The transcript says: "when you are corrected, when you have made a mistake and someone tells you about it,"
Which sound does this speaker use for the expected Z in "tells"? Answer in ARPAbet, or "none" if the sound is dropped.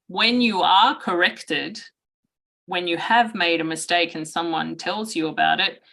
Z